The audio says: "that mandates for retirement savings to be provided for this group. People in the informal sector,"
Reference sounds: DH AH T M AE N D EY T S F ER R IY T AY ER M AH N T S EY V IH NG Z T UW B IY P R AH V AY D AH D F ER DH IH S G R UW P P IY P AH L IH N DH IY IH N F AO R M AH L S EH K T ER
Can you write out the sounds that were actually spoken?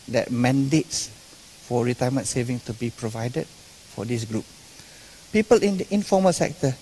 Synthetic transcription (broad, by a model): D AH T M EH N D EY T S F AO R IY T AY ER M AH N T S EY V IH NG T UW B IY P R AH V AY D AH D F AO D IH S G R UW P P IY P AH L IH N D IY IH N F AO M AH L S EH K T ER